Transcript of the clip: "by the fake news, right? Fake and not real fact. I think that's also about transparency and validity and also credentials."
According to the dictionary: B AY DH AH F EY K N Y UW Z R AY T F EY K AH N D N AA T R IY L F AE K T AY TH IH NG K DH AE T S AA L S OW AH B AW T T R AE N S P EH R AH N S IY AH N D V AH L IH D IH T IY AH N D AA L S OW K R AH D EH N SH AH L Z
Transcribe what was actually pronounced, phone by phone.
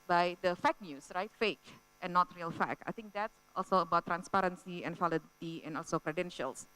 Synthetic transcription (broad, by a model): B AY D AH F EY K N Y UW S R AY T F EY K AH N N AA T R IY L F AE K AY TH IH NG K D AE T S AA L S OW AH B AW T T R AE N S P EH R AH N S IY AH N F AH L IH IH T IY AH N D AA L S OW K R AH D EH N SH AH L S